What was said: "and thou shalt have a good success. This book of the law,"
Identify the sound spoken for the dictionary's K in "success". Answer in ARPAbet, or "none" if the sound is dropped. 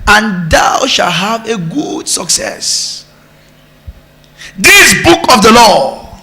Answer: K